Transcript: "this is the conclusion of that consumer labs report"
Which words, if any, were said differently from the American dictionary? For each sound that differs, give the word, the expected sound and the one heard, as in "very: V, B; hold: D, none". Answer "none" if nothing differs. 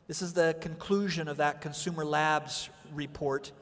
none